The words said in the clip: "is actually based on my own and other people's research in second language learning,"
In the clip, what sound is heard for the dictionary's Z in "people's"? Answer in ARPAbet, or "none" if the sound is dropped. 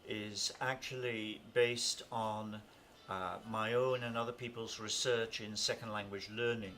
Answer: Z